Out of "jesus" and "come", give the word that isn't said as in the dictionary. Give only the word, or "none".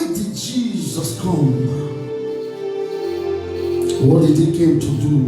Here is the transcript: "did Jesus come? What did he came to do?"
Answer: none